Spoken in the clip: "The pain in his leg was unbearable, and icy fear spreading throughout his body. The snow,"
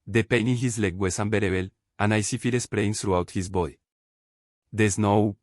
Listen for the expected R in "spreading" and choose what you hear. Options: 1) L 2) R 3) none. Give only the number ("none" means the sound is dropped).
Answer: 1